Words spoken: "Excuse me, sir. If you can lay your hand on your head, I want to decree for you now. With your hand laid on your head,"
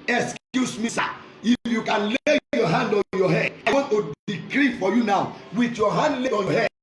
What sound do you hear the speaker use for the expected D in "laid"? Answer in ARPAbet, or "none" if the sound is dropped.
none